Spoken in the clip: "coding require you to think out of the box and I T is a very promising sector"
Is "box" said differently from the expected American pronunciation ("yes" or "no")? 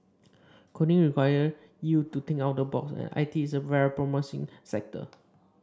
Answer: no